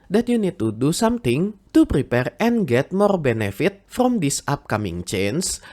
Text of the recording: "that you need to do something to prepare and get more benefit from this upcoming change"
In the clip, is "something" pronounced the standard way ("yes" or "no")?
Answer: no